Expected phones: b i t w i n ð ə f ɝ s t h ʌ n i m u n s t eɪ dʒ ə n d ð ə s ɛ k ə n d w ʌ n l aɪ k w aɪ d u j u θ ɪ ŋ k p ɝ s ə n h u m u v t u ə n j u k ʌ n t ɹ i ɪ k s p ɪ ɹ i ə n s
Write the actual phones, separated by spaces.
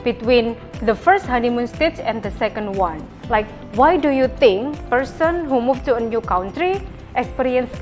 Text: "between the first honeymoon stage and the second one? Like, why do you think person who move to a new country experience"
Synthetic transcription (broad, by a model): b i t w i n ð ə f ɝ s t h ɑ n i m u n s t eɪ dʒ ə n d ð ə s ɛ k ə n d w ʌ n l aɪ k w aɪ d u j u t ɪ ŋ k p ɝ s ə n h u m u f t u ə n j u k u n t ɹ i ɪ k s p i ɹ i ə n s